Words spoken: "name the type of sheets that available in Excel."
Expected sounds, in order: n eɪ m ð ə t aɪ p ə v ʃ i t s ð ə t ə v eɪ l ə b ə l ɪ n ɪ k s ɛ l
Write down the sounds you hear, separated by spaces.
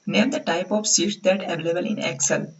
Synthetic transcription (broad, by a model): n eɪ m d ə t aɪ p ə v s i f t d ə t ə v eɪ l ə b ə l ɪ n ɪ k s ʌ l